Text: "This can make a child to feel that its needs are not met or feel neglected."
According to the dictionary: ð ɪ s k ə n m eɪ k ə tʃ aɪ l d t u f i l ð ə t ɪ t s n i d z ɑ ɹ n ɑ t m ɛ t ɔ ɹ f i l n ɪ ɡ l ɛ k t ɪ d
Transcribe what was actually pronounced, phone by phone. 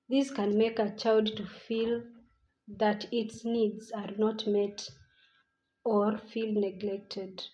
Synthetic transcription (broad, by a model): ð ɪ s k ə n m eɪ k ə tʃ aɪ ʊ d t u f i l ð ə t ɪ t s n i d z ɑ ɹ n ɑ t m ɛ t ɔ ɹ f i l n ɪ ɡ l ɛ k t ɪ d